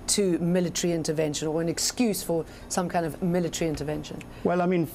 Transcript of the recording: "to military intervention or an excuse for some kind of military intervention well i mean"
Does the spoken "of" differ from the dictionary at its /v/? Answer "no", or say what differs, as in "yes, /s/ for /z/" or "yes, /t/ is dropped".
no